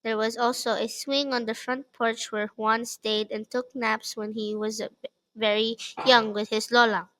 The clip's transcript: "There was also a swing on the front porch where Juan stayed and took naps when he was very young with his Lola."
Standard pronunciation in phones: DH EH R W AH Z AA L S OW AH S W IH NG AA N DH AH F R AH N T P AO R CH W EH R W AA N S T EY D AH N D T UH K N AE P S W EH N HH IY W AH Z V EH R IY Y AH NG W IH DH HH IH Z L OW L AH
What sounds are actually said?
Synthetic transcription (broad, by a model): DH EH R W AH Z AA L S OW AH S W IH NG AA N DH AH F R AH N T P AO R CH W EH R W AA N S T EY D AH N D T UH K N AE P S W EH N HH IY W AH Z V EH R IY Y AH NG W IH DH HH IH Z L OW L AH